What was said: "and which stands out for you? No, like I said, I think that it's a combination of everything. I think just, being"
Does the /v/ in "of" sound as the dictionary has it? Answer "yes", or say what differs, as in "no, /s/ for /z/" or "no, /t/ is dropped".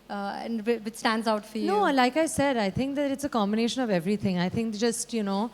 yes